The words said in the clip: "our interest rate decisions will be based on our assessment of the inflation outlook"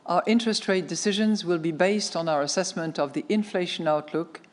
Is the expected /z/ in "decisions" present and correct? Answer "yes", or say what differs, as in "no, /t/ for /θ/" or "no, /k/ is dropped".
yes